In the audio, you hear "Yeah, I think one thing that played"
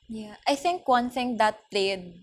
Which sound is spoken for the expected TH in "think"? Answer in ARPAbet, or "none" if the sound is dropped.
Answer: TH